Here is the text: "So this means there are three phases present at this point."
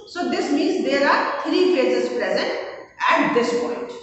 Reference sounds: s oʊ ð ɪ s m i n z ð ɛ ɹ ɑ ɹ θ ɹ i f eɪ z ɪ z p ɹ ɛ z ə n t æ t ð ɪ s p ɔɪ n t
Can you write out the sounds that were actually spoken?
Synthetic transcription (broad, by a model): s oʊ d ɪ s m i n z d ɛ ɹ ɑ ɹ t ɹ i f eɪ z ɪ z p ɹ ɛ z ə n t æ t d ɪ s p ɔɪ n t